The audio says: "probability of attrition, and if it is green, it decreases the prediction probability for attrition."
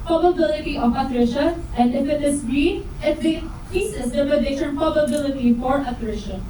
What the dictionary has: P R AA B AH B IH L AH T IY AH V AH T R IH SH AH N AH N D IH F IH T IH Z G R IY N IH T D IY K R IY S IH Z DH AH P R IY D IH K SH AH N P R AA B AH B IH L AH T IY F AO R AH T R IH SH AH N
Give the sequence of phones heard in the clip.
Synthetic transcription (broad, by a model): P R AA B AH B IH L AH T IY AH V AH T R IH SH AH AH N D IH F IH T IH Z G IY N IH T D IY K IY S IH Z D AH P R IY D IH SH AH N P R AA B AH B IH L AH T IY F AO R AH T R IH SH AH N